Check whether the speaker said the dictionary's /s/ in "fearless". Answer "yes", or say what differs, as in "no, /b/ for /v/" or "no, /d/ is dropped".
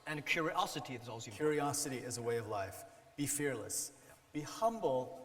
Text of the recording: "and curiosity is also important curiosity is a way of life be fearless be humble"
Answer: yes